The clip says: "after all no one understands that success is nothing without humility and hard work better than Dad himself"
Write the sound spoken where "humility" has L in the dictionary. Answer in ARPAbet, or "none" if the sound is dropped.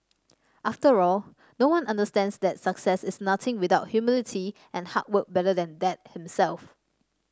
L